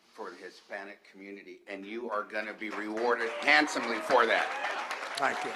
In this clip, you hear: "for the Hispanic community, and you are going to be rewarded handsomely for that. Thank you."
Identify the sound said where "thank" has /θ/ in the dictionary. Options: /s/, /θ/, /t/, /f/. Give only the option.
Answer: /t/